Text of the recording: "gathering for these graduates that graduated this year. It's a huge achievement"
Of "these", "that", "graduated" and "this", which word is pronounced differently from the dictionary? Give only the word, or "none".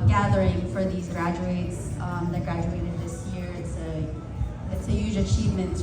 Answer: none